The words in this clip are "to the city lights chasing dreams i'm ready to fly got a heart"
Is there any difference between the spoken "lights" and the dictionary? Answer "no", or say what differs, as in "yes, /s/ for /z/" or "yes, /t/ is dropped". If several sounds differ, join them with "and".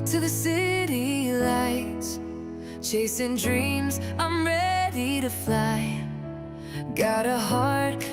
yes, /s/ is dropped